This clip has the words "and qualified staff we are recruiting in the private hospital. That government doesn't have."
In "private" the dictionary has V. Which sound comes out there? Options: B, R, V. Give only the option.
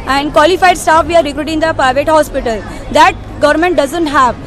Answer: V